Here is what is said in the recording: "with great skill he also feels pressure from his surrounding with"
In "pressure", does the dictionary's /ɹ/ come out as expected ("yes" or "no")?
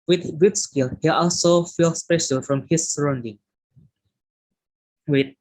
no